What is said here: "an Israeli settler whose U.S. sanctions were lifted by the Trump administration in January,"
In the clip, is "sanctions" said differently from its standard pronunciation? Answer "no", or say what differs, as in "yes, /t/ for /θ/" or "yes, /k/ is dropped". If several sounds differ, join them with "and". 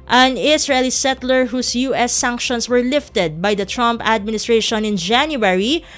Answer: yes, /s/ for /z/